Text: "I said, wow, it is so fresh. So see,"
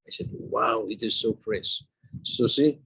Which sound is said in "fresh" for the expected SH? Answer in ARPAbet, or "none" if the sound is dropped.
S